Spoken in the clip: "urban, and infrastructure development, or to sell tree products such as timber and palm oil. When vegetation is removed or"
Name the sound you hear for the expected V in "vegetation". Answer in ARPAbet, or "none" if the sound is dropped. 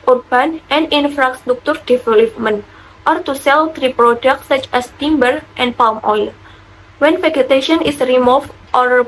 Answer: F